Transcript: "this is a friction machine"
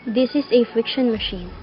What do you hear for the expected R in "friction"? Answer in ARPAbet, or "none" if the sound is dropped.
R